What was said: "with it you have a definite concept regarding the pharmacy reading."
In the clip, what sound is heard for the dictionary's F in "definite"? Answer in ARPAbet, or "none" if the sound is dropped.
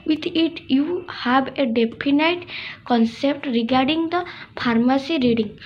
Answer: P